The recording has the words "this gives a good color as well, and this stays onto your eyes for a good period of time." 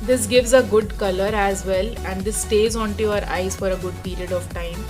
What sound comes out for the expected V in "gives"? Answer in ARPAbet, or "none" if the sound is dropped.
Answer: V